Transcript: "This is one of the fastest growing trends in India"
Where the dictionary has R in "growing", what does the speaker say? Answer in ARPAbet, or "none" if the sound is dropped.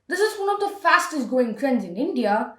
none